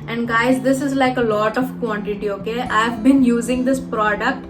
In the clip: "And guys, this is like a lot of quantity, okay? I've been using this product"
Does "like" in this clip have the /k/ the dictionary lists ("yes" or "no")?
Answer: yes